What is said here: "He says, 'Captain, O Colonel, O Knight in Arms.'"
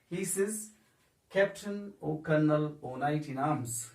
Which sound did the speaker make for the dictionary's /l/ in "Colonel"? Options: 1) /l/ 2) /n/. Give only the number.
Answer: 1